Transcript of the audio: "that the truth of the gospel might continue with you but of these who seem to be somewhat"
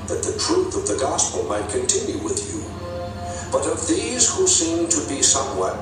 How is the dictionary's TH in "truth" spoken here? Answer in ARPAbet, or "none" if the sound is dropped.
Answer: TH